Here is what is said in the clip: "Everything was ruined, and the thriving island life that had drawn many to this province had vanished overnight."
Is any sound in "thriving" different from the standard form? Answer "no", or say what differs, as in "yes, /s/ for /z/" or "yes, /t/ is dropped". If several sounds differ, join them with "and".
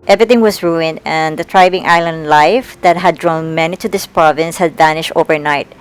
yes, /t/ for /θ/